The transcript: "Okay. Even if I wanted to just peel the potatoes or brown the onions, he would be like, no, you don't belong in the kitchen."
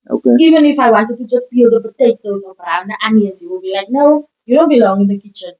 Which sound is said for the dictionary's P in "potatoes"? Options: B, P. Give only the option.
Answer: B